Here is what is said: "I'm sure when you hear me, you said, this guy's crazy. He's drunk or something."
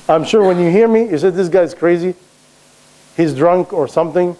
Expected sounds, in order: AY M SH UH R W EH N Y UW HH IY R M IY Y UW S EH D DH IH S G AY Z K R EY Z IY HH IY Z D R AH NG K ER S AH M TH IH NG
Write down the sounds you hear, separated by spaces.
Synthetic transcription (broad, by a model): AY M SH UH R W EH N Y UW HH IY R M IY Y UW S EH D DH IH S G AY Z K R EY Z IY HH IY Z D R AH NG K ER S AH M TH IH NG